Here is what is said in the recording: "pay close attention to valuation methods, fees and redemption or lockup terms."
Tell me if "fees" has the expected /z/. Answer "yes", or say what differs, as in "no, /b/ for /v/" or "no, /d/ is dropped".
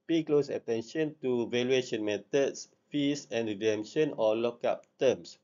no, /s/ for /z/